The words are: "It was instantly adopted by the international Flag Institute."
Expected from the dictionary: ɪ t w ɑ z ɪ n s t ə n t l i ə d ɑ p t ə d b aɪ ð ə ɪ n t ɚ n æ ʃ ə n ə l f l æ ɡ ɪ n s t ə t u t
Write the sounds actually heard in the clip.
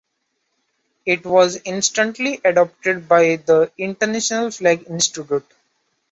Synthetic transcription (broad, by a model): ɪ t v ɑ z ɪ n s t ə n t l i ə d ɑ p t ə d b aɪ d ə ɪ n t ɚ n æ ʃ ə n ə l f l æ ɡ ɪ n s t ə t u t